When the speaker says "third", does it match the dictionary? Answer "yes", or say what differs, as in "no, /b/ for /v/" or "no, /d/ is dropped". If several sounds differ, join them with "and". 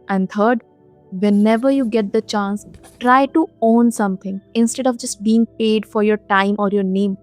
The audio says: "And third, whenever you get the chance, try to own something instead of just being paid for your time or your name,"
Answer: no, /t/ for /θ/